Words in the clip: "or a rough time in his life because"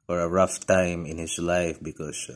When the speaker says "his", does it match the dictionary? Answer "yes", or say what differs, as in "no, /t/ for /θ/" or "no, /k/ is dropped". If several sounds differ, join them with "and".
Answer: no, /s/ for /z/